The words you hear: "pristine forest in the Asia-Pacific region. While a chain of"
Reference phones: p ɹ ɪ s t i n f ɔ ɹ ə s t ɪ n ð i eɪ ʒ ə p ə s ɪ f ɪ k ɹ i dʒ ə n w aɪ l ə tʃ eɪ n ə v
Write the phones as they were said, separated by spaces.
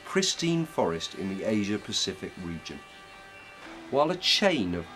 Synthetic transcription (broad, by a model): p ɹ ɪ s t i n f ɔ ɹ ə s t ɪ n ð i eɪ ʒ ə p ə s ɪ f ɪ k ɹ i dʒ ə n w aɪ l ə tʃ eɪ n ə v